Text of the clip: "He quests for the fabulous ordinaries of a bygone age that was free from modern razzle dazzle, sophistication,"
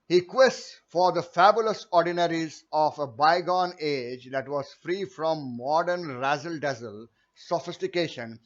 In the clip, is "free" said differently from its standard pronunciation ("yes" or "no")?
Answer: no